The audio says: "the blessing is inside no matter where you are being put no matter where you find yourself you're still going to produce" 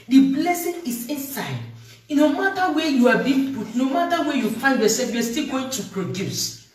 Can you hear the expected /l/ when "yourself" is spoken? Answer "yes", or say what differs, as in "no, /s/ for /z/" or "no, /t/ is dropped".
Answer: no, /l/ is dropped